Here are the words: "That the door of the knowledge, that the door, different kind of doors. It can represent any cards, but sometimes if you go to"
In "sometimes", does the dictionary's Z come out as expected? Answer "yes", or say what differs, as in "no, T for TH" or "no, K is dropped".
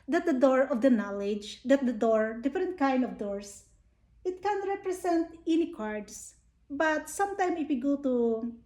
no, Z is dropped